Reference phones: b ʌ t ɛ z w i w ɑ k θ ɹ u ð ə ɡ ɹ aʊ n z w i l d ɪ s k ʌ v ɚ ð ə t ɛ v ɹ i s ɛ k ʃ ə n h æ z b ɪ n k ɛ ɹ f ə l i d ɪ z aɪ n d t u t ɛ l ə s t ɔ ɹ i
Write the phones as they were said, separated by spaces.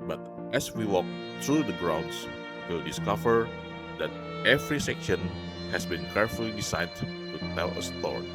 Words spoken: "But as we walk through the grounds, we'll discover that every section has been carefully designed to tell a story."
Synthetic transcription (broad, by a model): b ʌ t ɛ s w i w ɑ k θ ɹ u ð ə ɡ ɹ aʊ n s w i l d ɪ s k ʌ v ɚ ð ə t ɛ v ɹ i s ɛ k ʃ ə n h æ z b ɪ n k ɛ ɹ f ə l i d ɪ s aɪ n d t u t ɛ l ə s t ɔ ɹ